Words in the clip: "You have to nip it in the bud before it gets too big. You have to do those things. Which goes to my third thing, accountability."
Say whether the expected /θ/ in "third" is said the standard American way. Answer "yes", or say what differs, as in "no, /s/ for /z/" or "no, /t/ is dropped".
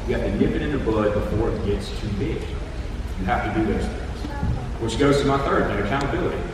yes